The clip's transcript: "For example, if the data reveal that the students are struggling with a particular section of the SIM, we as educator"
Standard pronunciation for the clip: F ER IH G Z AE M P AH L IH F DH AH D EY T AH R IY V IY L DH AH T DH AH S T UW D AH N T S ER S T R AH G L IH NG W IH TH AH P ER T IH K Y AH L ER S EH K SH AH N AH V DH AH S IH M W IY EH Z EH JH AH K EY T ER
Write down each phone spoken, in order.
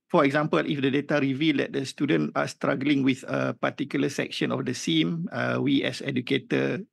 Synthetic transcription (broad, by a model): F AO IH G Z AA M P AH L IH F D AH D EY T AH R IY V IY L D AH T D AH S T UW D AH N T AA S T R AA G L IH NG W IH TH AH P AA T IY K Y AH L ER S EH K SH AH N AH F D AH S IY M W IY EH S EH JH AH K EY T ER